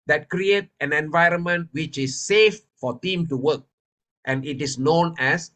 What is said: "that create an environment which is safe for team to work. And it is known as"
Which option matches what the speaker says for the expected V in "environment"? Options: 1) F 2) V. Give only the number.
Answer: 2